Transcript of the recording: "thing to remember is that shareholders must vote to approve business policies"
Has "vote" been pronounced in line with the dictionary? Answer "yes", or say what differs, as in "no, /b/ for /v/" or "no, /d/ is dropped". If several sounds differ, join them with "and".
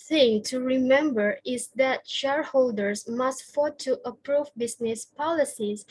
no, /f/ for /v/